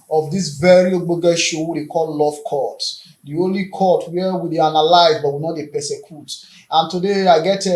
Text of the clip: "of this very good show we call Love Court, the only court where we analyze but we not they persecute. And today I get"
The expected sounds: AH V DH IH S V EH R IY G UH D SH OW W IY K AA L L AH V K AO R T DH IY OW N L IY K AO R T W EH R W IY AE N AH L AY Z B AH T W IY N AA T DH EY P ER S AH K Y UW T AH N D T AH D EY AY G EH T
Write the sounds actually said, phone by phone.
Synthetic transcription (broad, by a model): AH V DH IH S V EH R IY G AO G SH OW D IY K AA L L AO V K AO T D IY OW N L IY K AO T W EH W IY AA N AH L AY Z B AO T W IY N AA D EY P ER S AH K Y UW T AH N T AH D EY AY G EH T